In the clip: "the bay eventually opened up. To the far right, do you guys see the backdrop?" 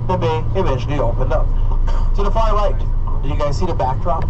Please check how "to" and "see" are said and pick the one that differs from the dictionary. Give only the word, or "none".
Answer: to